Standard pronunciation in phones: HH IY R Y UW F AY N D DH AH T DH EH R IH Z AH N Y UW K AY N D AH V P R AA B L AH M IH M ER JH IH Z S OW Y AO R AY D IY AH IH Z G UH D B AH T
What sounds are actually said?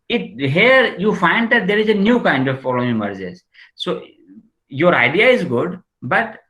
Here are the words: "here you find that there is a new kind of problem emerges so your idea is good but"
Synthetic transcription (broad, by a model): HH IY R Y UW F AY N D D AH T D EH R IH Z AH N Y UW K AY N D AH V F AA L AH IH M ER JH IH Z S OW Y AO R AY D IY AH IH Z G UH D B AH T